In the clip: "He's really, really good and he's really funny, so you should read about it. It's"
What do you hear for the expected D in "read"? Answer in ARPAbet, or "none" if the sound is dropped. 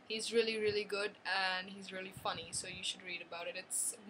D